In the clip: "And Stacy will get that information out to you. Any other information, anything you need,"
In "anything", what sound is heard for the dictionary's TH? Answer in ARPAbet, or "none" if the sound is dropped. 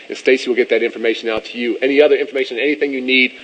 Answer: TH